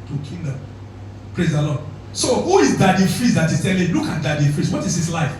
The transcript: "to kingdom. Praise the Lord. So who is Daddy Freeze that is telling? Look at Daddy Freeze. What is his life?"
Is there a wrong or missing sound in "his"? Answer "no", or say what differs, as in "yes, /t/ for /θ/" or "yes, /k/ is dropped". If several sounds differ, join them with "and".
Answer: yes, /s/ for /z/